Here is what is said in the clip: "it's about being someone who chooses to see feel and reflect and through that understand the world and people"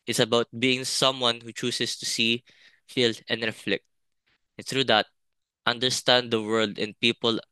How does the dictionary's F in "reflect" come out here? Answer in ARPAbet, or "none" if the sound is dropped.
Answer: F